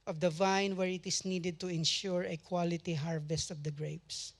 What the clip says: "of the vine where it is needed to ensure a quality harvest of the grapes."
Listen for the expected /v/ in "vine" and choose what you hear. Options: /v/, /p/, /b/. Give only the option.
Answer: /v/